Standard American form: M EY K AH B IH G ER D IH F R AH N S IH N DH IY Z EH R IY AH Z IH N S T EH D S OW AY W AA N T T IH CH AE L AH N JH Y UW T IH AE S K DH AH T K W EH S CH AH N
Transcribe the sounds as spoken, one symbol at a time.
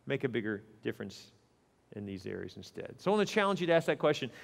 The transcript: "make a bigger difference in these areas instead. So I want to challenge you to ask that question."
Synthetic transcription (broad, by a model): M EY K AH B IH G ER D IH F R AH N S IH N DH IY Z EH R IY AH Z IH N S T EH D S OW AY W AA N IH CH AE L AH N JH Y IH T IH AE S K DH AH T K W EH S CH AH N